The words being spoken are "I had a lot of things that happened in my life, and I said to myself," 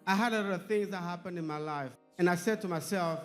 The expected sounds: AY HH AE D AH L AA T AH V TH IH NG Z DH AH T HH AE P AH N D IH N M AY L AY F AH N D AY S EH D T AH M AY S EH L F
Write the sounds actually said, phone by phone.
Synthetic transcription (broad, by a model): AY HH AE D AH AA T AH V TH IH NG Z DH AH T HH AE P AH N D IH N M AY L AY F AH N AY S EH D T AH M AY S EH L F